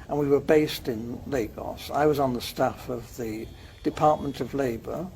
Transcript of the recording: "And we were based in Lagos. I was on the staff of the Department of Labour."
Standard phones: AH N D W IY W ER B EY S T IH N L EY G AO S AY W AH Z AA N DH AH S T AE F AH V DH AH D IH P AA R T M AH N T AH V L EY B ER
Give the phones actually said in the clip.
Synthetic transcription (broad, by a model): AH N W IY W ER B EY S T IH N L EY G AO S AY W AH Z N DH AH S T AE F AH V DH AH D IH P AA R T M AH N T AH V L EY B ER